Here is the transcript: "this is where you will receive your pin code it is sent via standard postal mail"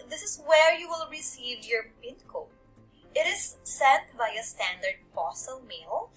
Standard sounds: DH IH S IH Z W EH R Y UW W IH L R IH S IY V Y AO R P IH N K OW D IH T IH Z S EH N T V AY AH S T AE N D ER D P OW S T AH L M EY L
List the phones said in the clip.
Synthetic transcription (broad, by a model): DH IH S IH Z W EH R Y UW W IH L R IH S IY V Y AO R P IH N K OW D IH T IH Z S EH T B AY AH S T AE N D ER D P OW S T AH L M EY L